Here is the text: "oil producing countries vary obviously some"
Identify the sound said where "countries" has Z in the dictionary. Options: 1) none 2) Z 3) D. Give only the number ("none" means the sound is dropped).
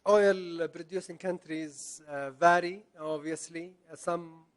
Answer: 2